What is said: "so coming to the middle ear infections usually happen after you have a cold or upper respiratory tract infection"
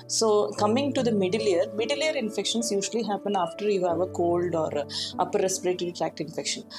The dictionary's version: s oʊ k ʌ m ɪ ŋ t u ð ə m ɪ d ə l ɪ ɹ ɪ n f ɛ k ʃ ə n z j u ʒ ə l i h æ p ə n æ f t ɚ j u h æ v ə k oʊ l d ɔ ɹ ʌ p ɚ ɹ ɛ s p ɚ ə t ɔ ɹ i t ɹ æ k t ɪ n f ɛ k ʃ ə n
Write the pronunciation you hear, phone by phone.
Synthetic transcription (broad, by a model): s oʊ k ʌ m ɪ ŋ t u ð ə m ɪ d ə l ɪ ɹ ɪ n f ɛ k ʃ ə n s j u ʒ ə l i h æ p ə n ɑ f t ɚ j u h æ v ə k oʊ l d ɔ ɹ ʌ p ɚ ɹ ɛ s p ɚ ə t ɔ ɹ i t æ k t ɪ n f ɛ k ʃ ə n